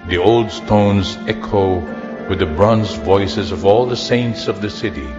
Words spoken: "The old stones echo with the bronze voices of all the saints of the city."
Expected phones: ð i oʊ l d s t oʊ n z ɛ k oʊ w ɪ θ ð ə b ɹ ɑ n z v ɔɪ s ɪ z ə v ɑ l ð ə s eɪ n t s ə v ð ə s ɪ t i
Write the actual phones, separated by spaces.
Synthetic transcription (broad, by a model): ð i oʊ l d s t oʊ n z ɛ k oʊ w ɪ ð ə b ɹ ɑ n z v ɔɪ s ɪ z ə v ɑ l ð ə s eɪ n t s ə v ð ə s ɪ t i